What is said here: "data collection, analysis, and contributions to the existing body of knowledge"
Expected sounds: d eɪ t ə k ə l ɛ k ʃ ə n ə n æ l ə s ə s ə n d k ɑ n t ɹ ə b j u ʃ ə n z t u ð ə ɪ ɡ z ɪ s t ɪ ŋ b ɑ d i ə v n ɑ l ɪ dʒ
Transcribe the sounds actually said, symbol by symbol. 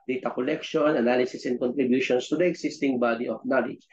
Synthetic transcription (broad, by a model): d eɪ t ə k ə l ɛ k ʃ ə n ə n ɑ l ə s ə s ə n k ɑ n t ɹ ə b j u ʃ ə n s t u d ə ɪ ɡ s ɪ s t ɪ ŋ b ɑ d i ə f n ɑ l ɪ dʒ